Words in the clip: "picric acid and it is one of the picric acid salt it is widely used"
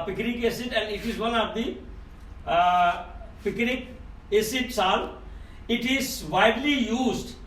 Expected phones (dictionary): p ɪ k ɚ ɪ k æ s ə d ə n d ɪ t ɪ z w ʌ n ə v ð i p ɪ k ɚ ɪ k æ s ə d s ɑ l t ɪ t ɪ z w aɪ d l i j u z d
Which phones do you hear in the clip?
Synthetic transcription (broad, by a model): p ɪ k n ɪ k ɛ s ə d ə n d ɪ t ɪ z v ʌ n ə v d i p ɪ k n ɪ k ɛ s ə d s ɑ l ɪ t ɪ z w aɪ d l i j u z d